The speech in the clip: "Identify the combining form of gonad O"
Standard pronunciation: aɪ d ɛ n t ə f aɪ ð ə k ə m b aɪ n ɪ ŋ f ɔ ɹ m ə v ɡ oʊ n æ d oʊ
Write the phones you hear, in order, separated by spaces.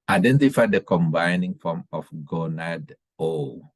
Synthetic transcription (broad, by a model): aɪ d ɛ n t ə f aɪ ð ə k ə m b aɪ n ɪ ŋ f ɔ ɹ m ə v ɡ oʊ n æ d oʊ